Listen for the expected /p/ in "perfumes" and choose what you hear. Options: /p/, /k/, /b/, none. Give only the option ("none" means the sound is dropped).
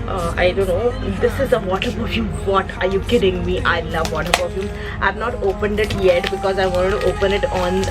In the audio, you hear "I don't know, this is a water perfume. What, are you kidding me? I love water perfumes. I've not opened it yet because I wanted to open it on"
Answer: /b/